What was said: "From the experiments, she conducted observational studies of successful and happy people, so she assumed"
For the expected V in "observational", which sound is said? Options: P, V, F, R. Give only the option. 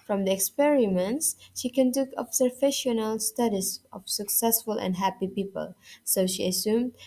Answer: F